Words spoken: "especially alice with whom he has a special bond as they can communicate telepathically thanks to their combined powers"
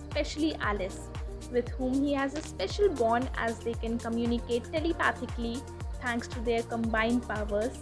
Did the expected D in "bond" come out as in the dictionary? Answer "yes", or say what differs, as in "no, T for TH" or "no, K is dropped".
no, D is dropped